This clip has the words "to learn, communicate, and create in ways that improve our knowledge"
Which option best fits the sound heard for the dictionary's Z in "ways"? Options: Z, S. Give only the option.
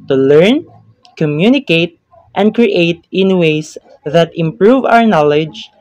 S